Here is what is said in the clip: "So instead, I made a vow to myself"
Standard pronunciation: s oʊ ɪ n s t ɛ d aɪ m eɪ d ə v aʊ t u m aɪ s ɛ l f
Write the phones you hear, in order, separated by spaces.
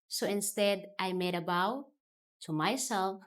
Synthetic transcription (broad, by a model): s oʊ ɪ n s t ɛ d aɪ m eɪ d ə b aʊ t u m aɪ s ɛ l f